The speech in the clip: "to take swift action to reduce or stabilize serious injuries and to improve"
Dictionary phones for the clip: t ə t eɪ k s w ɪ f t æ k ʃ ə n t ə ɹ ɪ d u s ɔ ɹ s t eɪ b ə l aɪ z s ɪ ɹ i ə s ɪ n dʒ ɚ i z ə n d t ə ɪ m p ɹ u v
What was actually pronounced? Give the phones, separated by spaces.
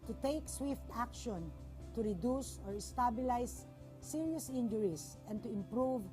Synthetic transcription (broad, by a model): t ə t eɪ k s w ɪ f t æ k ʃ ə n t ə ɹ ɪ d u s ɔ ɹ s t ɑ b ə l aɪ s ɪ ɹ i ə s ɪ n dʒ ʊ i s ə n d t ə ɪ m p ɹ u v